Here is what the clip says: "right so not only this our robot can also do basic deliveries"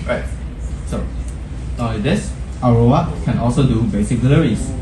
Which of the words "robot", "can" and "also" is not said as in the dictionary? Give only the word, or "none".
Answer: robot